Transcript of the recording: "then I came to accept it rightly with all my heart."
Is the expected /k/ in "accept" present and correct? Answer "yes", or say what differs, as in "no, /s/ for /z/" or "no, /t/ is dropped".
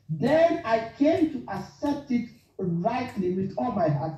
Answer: no, /k/ is dropped